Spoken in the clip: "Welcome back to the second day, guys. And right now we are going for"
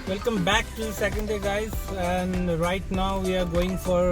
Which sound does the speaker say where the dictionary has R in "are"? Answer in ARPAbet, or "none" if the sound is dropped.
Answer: R